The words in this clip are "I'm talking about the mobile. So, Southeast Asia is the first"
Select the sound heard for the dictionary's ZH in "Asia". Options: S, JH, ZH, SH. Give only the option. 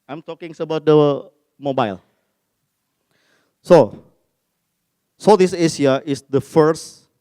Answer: S